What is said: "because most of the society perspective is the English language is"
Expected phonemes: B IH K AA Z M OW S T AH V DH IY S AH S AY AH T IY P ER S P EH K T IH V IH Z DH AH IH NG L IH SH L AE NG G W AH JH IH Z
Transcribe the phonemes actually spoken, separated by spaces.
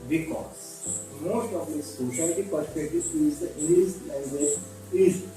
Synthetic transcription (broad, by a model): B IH K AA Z M OW S T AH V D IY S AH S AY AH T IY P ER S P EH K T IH IH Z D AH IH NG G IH S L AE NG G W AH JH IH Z